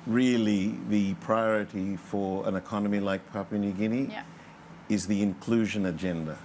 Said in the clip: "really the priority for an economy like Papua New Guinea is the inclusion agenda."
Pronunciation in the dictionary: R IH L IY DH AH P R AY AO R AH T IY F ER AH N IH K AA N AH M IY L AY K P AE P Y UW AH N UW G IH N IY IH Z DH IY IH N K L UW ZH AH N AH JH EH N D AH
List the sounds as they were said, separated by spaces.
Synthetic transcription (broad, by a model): R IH L IY DH AH P R AY AO R AH T IY F ER AH N IH K AA N AH M IY L AY K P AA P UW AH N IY G IH N IY IH Z DH IY IH N K L UW ZH AH N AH JH EH N D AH